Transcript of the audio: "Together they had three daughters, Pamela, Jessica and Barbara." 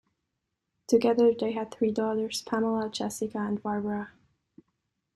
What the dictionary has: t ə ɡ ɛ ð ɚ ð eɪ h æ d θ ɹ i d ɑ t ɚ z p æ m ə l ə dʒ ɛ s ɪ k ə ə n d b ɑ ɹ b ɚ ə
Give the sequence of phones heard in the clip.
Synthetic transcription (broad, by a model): t ə ɡ ɛ ð ɚ ð eɪ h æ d θ ɹ i d ɑ t ɚ z p æ m ə l ə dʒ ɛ s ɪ k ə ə n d b ɑ ɹ b ɚ ə